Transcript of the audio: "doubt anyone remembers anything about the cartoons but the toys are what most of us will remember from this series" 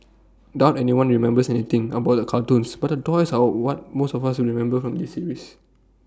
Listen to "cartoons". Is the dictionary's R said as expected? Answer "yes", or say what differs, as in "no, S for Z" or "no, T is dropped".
no, L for R